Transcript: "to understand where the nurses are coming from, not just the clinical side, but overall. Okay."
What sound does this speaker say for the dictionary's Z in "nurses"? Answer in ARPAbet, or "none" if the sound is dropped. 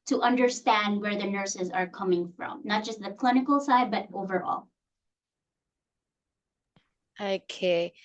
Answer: Z